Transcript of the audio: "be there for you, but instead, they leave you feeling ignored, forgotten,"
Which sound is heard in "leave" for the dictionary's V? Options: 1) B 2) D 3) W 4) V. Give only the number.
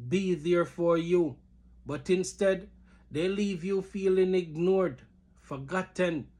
4